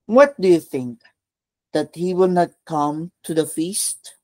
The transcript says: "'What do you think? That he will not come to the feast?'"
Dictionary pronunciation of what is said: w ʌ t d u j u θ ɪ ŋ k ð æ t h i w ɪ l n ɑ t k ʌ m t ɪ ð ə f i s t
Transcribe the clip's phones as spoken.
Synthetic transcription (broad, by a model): w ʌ t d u j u θ ɪ ŋ k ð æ t h i w ɪ l n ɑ t k ʌ m t ɪ ð ə f i s t